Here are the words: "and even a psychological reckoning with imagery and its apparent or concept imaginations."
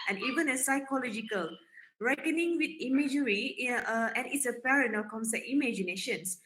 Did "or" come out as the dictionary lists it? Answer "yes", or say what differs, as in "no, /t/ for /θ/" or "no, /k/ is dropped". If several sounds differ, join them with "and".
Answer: no, /l/ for /ɹ/